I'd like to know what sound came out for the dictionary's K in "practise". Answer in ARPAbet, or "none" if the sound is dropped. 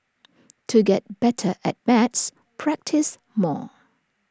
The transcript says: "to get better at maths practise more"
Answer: K